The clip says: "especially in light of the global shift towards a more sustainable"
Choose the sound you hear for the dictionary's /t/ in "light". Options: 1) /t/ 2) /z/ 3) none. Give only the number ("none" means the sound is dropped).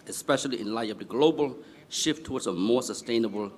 3